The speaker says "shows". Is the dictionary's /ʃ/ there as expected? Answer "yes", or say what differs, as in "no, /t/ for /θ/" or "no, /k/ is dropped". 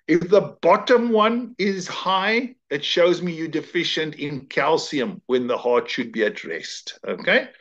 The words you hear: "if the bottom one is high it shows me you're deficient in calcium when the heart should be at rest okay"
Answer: yes